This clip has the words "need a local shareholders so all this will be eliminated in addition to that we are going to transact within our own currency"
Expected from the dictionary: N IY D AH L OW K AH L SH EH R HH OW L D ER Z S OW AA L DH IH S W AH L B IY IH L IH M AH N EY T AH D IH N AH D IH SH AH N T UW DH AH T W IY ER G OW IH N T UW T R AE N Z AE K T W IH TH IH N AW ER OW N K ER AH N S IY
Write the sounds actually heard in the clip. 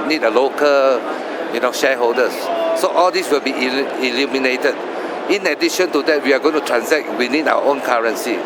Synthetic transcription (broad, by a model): N IY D AH L OW K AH L SH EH HH OW L D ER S OW AA L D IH S W AH L B IY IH L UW M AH N EY T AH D IH N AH D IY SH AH N T UW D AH T W IY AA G OW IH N T UW T R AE N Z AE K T W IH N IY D AW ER OW N K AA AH N S IY